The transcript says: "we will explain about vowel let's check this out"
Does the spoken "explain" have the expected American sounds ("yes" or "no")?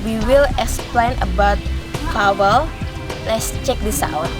yes